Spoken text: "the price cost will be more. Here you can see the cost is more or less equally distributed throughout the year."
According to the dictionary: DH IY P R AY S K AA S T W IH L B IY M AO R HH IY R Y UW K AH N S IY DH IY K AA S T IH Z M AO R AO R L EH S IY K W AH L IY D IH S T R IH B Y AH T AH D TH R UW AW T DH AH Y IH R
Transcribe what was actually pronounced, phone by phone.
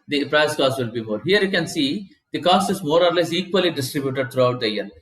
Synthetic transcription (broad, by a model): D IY P R AY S K AA S T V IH L B IY M AO R HH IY R Y UW K AH N S IY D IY K AA S T IH Z M AO R AO R L EH S IY K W AH L IY D IH S T R IH B Y AH T AH D T R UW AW T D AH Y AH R